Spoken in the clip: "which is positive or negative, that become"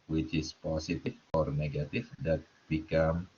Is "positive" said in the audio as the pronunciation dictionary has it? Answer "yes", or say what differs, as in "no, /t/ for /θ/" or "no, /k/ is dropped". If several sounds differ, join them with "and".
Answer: no, /s/ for /z/ and /f/ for /v/